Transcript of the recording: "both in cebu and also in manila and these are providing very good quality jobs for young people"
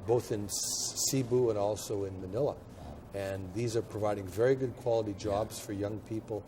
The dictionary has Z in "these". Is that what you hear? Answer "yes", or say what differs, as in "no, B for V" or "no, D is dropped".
yes